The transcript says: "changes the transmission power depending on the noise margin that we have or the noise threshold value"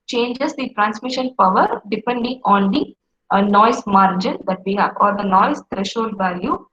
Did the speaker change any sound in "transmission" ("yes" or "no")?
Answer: no